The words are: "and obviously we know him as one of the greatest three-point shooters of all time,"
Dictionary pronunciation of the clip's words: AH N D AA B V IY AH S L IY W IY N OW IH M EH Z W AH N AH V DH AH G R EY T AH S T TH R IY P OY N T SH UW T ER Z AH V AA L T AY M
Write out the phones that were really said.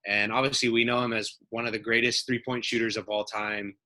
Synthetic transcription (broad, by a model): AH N AA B V IY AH S L IY W IY N OW IH M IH Z W AH N AH V DH AH G R EY T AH S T TH R IY P OY N T SH UW T ER Z AH V AA L T AY M